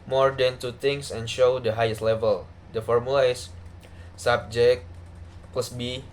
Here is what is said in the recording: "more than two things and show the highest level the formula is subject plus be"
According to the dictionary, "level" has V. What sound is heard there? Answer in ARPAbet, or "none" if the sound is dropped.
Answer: V